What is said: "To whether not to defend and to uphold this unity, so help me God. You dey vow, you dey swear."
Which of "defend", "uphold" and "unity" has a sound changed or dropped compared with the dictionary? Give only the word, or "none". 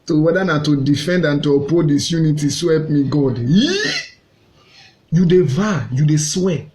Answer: uphold